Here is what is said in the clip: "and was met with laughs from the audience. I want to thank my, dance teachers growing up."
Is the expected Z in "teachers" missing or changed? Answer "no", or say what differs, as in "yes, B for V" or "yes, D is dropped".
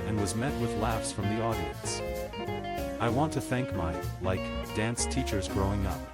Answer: no